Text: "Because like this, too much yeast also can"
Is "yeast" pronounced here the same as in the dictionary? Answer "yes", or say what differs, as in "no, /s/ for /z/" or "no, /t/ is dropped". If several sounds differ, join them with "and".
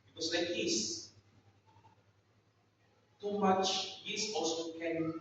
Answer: no, /t/ is dropped